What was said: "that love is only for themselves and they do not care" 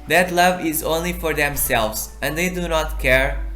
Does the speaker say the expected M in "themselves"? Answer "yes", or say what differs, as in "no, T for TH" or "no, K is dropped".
yes